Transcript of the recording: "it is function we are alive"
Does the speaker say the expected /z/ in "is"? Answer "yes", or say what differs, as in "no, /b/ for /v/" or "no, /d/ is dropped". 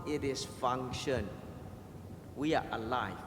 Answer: no, /s/ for /z/